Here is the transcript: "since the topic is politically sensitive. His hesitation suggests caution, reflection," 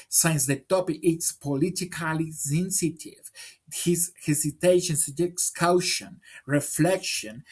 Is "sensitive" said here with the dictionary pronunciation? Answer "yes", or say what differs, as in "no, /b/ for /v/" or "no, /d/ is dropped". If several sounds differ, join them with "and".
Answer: yes